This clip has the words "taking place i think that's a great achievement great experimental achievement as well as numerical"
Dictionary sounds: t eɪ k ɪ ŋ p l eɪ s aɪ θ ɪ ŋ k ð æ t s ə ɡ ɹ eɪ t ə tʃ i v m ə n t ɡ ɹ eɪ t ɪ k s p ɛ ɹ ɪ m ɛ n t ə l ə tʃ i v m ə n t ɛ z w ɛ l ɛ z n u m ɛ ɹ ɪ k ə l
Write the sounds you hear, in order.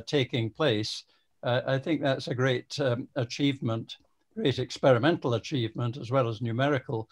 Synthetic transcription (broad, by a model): t eɪ k ɪ ŋ p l eɪ s aɪ θ ɪ ŋ k ð æ t s ə ɡ ɹ eɪ t ə tʃ i v m ə n t ɡ ɹ eɪ t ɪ k s p ɛ ɹ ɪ m ɛ n t l ə tʃ i v m ə n t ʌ z w ɛ l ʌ z n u m ɛ ɹ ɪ k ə l